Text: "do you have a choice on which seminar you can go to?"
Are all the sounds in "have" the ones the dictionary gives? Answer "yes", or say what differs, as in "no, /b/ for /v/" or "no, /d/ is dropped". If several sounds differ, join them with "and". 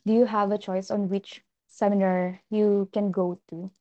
yes